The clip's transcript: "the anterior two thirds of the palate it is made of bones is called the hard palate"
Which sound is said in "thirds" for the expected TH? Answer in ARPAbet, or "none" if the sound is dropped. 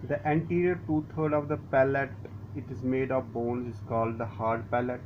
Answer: T